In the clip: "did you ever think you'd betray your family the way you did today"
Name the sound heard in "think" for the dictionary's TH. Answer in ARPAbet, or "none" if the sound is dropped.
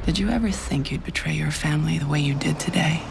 TH